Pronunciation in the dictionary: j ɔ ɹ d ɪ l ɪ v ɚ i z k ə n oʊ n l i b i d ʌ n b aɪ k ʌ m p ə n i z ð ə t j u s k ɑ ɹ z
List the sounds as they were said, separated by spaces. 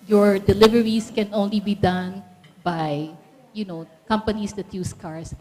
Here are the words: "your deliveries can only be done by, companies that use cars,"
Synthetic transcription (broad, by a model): j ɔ ɹ d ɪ l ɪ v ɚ i s k ə n oʊ n l i b i d ʌ n b aɪ k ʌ m p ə n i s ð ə t j u s k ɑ ɹ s